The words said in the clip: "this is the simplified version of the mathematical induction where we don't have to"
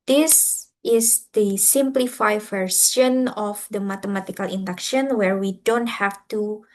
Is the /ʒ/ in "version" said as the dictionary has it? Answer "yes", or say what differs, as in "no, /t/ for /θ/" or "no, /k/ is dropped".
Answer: no, /s/ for /ʒ/